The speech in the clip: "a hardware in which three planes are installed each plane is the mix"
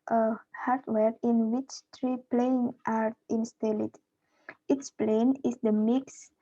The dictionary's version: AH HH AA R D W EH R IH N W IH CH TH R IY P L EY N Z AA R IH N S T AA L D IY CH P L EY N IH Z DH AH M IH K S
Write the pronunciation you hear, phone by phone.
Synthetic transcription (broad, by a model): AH HH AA R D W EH R IH N W IH CH T R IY P L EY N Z AA R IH N S T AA L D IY S P L EY N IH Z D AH M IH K S